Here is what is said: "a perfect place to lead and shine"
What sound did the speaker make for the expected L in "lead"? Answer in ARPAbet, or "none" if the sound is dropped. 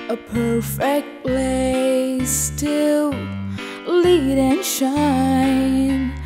L